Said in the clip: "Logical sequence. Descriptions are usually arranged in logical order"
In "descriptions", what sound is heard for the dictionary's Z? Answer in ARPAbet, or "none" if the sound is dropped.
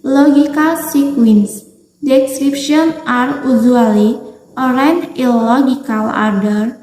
none